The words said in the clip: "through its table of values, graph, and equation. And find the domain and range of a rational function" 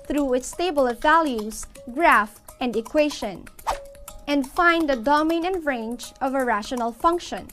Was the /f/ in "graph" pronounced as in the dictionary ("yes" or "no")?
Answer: yes